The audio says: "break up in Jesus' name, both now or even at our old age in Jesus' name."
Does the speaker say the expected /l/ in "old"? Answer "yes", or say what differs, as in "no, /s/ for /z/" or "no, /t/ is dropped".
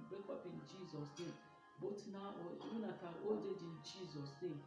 no, /l/ is dropped